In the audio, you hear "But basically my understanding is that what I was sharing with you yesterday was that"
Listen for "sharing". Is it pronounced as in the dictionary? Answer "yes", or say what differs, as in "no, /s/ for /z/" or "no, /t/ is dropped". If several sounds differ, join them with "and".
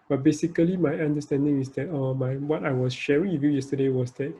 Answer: yes